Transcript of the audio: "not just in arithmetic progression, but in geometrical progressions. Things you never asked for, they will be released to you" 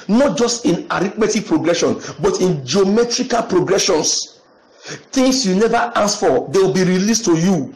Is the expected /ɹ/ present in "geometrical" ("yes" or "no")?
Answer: yes